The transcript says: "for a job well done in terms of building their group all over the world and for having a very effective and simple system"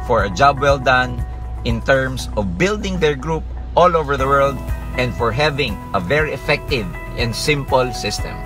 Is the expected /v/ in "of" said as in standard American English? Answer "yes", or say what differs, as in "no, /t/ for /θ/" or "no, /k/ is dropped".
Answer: yes